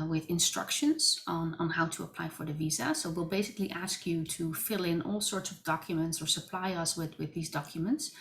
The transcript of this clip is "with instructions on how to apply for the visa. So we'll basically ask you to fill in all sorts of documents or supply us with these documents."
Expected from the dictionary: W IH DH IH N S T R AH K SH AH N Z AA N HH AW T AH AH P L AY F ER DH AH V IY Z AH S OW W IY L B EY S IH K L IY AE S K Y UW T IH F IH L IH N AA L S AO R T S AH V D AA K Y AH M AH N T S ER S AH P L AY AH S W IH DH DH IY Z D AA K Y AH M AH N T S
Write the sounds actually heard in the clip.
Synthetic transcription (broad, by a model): W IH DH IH N S T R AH K SH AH N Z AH N HH AW T AH AH P L AY F ER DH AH V IY Z AH S OW W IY L B EY S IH K L IY AE S K Y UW T IH F IH L IH N AA L S AO R T S AH V D AA K Y AH M AH N T S ER S AH P L AY AH S W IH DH DH IY Z D AA K Y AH M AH N T S